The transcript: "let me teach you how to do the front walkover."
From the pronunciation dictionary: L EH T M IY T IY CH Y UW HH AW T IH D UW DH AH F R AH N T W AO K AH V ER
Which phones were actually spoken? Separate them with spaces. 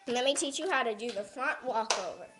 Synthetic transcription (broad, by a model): L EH T M IY T IY CH Y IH HH AW T IH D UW DH AH F R AH N T W AO K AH V ER